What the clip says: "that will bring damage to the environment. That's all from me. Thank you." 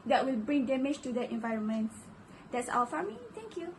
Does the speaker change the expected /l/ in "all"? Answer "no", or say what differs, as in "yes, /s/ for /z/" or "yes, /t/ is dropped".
yes, /w/ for /l/